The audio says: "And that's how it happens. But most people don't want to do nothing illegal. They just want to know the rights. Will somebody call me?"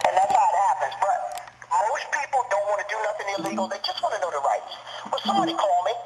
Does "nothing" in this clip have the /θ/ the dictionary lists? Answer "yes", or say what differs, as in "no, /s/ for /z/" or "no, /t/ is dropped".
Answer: yes